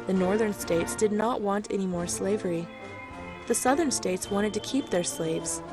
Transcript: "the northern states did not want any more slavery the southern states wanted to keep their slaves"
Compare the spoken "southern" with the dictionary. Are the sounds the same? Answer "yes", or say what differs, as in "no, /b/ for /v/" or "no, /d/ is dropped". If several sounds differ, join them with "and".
yes